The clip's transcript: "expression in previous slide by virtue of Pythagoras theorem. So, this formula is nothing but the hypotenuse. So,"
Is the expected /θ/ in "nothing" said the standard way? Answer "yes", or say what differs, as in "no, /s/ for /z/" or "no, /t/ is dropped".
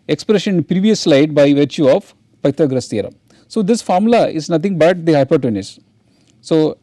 no, /t/ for /θ/